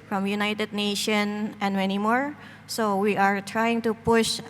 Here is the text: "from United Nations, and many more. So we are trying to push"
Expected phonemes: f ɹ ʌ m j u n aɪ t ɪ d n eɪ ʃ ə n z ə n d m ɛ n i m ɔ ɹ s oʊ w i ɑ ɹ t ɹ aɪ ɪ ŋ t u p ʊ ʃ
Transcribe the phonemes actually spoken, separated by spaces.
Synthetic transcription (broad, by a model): f ɹ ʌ m j u n aɪ t ɪ d n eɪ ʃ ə n ə n d m ɛ n i m ɔ ɹ s oʊ w i ɑ ɹ t ɹ aɪ ɪ ŋ t u p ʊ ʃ